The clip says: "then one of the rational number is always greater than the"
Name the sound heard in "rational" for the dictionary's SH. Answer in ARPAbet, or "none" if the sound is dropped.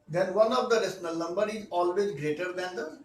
S